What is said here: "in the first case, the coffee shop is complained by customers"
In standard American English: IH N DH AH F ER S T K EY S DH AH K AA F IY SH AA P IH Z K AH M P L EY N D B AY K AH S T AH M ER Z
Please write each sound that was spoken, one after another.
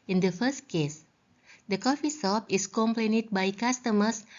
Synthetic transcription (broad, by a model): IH N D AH F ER S T K EY S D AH K AA F IY S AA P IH S K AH M P L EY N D B AY K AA S T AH M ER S